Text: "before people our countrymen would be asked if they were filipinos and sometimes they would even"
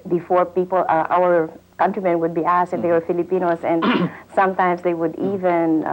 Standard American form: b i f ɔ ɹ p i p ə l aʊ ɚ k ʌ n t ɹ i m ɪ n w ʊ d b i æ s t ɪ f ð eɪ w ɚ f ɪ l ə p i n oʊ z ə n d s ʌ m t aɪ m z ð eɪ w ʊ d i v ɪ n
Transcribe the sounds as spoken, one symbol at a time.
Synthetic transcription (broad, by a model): b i f ɔ ɹ p i p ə l aʊ ɚ k ʌ n t ɹ i m ɪ n w ʊ d b i æ s t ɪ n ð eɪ w ɚ f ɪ l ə p i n oʊ s ə n d s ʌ m t aɪ m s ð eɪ w ʊ d i v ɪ n